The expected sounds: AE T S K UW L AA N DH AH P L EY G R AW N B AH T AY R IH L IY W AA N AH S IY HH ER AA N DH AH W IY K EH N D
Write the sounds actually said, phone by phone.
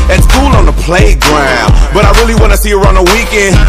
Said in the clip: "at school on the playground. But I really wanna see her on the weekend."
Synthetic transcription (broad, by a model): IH T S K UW N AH N DH AH P L EY G R AW N B AH T AY R IH L IY W AA N AH S IY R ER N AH W IY K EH N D